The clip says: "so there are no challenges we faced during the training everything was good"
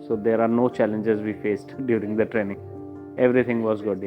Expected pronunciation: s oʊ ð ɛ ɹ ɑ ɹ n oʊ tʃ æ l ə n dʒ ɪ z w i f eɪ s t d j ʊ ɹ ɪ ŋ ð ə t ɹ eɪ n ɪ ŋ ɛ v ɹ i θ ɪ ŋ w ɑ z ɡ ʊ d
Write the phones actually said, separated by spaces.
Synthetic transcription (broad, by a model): s oʊ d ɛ ɹ ɑ ɹ n oʊ tʃ æ l ə n dʒ ɪ z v i f eɪ s t d j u ɹ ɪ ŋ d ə t ɹ eɪ n ɪ ŋ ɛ v ɹ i t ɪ ŋ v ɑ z ɡ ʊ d